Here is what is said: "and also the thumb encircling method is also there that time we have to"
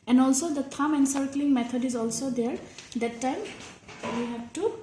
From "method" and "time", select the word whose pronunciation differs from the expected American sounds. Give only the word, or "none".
method